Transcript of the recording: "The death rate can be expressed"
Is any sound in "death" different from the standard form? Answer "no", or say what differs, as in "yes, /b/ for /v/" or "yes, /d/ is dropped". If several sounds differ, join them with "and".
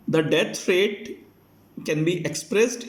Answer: yes, /f/ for /θ/